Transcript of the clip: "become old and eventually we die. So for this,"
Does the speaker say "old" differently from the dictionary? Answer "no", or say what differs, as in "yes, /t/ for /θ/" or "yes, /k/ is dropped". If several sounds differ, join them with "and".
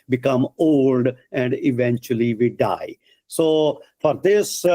no